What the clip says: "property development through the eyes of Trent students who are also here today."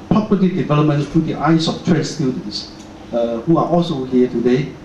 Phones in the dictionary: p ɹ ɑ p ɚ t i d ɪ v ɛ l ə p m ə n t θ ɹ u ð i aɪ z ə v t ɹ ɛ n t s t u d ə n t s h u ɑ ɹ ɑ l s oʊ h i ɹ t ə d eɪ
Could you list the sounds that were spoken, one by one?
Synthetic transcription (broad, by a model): p ɹ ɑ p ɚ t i d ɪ v ɛ l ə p m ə n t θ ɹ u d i aɪ s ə f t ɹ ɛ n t s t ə l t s h u ɑ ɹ ɑ l s oʊ h i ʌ t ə d eɪ